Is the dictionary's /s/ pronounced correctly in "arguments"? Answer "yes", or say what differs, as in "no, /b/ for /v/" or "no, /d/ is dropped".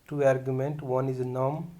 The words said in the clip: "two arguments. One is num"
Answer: no, /s/ is dropped